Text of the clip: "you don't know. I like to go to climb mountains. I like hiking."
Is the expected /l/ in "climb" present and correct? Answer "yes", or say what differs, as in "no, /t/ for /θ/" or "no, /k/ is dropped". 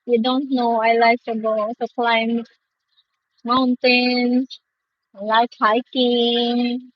yes